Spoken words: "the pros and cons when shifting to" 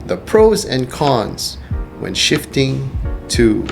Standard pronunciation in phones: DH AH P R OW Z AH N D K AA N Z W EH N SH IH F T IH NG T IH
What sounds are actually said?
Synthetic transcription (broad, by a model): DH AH P R OW Z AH N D K AA N Z W EH N SH IH F T IH NG T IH